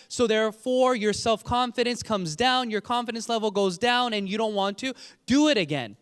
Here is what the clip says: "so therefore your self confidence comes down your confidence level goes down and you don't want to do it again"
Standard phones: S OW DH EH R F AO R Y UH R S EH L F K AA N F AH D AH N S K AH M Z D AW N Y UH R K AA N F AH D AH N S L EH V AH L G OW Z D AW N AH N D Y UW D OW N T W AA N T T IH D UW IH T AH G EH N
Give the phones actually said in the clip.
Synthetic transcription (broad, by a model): S OW DH EH R F AO R Y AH R S EH L F K AA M F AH D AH N S K AH M Z D AW N Y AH R K AA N F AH D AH N S L EH V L G OW Z D AW N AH N Y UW D OW N T W AA N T T IH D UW IH T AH G EH N